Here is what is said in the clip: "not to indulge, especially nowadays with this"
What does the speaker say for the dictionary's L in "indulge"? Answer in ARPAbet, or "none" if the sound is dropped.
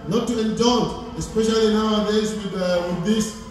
N